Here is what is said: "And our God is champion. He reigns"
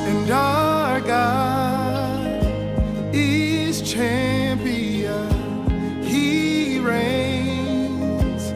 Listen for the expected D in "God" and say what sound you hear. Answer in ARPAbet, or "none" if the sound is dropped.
none